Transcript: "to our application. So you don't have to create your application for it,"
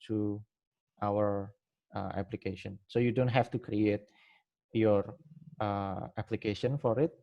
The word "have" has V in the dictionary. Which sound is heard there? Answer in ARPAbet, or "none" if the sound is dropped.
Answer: F